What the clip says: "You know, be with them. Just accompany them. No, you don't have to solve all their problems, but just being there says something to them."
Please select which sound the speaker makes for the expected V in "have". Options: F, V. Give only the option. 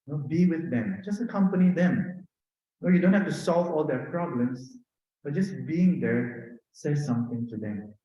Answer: F